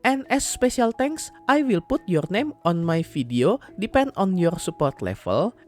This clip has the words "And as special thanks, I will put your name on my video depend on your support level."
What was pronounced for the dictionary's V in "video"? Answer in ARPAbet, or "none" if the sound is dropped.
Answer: F